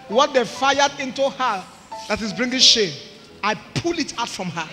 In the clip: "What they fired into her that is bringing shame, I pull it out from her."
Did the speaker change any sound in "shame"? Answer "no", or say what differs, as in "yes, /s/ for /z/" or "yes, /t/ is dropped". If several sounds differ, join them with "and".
yes, /m/ is dropped